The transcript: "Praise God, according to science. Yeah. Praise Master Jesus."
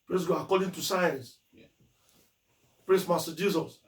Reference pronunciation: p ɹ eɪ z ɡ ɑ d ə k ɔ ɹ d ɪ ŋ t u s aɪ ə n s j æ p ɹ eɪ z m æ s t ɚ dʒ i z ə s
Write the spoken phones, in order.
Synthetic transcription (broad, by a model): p ɹ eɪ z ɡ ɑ ə k ɔ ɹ d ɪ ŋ t u s aɪ ə n s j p ɹ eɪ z m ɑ s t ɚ dʒ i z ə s